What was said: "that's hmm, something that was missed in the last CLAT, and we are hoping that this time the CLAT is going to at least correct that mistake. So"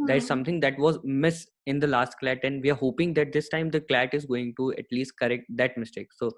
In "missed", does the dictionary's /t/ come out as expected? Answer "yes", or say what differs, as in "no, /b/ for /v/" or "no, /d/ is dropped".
no, /t/ is dropped